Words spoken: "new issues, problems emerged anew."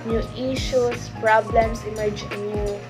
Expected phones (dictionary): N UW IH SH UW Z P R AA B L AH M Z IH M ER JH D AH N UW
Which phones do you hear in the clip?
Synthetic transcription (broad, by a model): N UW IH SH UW S P R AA B L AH M S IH M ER JH AH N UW